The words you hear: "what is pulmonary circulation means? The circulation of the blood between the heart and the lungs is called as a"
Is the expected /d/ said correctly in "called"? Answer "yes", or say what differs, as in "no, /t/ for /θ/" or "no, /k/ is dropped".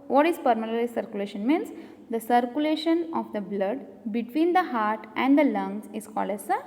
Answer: yes